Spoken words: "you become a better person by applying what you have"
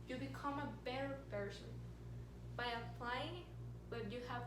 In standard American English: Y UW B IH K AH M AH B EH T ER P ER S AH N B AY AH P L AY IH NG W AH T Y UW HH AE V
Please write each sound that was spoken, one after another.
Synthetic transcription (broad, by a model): Y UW B IH K AH M AH B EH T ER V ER SH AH N B AY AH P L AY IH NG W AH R Y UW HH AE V